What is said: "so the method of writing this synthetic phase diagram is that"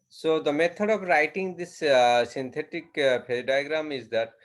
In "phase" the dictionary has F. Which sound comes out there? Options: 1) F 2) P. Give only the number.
2